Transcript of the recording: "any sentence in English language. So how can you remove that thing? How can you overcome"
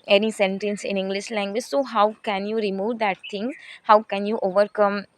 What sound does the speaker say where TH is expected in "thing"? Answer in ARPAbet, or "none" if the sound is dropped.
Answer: T